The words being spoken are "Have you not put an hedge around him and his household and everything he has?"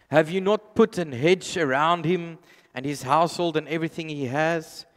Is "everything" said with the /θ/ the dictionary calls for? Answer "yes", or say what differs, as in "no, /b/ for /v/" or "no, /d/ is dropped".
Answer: yes